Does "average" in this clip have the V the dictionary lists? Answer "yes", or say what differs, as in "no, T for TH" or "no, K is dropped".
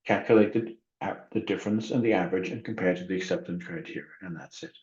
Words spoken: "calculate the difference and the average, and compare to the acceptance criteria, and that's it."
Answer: yes